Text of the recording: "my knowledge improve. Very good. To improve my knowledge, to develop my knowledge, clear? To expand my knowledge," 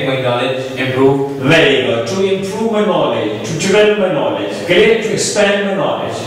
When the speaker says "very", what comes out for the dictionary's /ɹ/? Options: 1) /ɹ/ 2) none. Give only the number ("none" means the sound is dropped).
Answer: 2